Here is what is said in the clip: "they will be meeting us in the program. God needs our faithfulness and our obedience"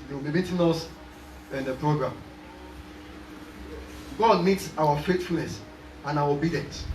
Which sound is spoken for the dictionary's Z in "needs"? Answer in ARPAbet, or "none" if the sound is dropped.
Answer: S